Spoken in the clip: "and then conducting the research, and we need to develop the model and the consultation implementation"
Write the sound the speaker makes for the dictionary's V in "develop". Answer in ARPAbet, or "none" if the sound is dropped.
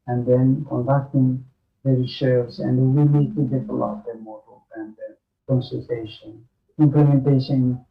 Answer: F